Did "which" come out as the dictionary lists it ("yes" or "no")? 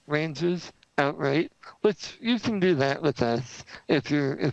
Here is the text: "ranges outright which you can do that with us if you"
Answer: no